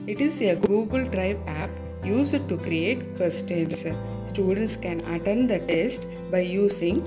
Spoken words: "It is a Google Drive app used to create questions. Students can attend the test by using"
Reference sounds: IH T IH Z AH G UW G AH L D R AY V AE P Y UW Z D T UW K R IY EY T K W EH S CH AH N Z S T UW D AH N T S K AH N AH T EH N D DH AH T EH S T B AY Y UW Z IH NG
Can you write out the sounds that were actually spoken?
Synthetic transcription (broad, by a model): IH T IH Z AH G UW G AH L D R AY B AE P Y UW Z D T UW K R IY EY T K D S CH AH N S S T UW D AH N T S K AH N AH T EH N D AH T EH S T B AY Y UW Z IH NG